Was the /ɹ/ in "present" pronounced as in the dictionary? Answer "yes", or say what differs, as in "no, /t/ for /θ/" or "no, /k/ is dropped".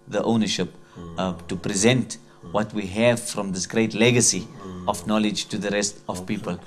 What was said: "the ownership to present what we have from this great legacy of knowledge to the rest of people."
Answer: yes